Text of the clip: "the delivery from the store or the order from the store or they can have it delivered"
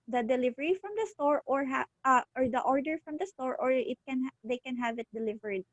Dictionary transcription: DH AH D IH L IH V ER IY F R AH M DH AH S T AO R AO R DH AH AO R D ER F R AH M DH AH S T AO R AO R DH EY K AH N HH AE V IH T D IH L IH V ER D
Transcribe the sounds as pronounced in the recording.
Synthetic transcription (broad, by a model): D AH D IH L IH V ER IY F R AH M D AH S T AO R AO R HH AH AO R D ER F R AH M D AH S T AO R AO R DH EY K AH N HH AE V IH T D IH L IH V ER D